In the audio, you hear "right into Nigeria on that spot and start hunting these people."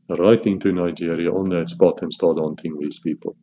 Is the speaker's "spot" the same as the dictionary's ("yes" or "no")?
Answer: no